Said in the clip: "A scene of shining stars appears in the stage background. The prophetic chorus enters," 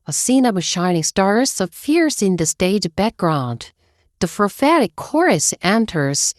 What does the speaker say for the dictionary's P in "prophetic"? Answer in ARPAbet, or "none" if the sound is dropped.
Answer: F